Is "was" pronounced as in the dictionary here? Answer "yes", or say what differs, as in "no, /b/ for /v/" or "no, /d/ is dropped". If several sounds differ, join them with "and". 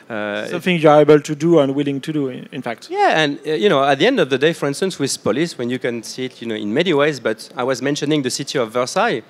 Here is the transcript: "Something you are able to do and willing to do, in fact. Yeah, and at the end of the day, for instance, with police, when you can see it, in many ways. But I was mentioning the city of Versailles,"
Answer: yes